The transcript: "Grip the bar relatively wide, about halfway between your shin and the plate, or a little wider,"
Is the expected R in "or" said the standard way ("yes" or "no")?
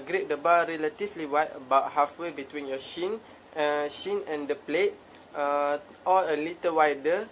no